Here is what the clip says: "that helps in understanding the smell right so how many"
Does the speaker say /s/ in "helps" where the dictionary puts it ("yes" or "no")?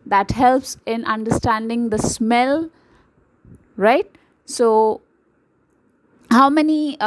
yes